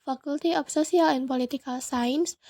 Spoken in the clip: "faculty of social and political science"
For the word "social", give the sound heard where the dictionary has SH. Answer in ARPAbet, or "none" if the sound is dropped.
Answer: S